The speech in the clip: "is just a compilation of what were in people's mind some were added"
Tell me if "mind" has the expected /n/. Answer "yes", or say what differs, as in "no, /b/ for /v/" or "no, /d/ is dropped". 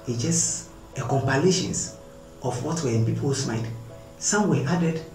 no, /n/ is dropped